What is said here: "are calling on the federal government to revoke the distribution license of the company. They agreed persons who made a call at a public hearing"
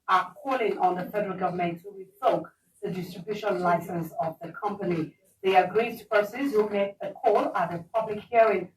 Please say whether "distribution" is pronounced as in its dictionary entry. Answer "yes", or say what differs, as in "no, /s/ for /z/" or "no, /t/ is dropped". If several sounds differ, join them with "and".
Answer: no, /l/ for /n/